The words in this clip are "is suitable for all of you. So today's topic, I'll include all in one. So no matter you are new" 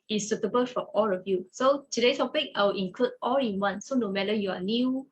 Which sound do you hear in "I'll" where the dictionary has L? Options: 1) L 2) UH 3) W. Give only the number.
3